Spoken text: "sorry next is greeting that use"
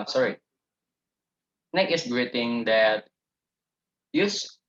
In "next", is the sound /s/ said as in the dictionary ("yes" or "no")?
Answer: no